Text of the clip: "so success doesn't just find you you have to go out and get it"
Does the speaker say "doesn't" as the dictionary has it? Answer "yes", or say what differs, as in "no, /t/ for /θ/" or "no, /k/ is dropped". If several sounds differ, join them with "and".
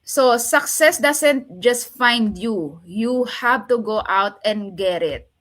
no, /s/ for /z/